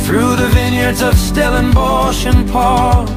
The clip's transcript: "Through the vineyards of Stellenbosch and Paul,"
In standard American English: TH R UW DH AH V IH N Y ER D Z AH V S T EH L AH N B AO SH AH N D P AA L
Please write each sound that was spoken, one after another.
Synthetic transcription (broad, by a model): TH R UW DH AH V IH N Y ER D Z AH V S T EH L AH N B AO SH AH N P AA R